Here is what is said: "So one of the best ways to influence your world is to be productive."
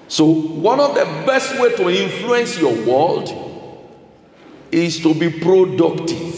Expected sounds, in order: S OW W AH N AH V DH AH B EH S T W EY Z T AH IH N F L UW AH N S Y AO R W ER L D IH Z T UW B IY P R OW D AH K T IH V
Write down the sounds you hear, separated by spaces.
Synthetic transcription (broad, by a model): S OW W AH N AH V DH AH B EH S T W EY T AH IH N F L UW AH N S Y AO W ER L D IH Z T UW B IY P R OW D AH K T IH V